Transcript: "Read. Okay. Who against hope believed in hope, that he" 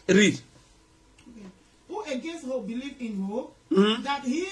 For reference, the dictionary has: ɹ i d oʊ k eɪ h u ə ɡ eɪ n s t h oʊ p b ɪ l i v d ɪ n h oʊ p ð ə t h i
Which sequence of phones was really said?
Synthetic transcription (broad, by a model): ɹ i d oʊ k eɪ h u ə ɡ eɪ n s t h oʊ b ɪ l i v ɪ n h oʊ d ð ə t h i